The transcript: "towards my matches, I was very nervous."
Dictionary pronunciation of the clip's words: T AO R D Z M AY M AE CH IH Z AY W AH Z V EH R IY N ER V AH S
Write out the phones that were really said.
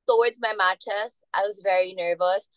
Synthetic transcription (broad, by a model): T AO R D Z M AY M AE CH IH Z AY W AH Z V EH R IY N ER V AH S